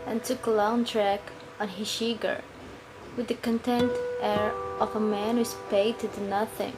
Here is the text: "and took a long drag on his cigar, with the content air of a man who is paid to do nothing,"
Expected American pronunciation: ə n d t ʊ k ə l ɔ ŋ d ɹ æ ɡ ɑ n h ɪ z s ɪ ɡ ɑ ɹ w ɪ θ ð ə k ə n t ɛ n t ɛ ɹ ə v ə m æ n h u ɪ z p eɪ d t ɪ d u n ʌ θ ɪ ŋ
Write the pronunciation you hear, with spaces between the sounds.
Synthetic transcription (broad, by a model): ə n t ʊ k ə l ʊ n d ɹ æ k ɑ n h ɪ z ʃ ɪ ɡ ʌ ɹ w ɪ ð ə k ə n t ɛ n t ɛ ɹ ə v ə m æ n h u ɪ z p eɪ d t ɪ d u n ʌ θ ɪ ŋ